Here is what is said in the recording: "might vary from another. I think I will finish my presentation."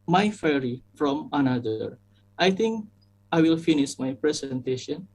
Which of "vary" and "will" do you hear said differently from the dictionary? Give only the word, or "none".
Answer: vary